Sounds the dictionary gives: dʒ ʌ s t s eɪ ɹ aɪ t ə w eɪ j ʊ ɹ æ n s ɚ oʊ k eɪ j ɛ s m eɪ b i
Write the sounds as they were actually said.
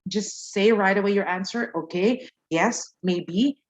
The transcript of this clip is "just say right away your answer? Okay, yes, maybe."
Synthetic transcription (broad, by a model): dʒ ʌ s t s eɪ ɹ aɪ t ə w eɪ j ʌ ɹ æ n s ɚ oʊ k eɪ j ɛ s m eɪ b i